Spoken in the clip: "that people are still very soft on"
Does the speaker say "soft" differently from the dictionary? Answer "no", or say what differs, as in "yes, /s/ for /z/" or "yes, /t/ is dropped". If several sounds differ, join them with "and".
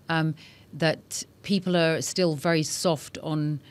no